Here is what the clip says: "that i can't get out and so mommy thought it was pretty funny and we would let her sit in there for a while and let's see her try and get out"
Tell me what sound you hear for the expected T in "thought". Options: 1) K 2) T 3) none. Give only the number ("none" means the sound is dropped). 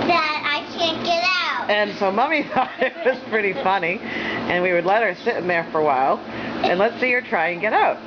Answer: 3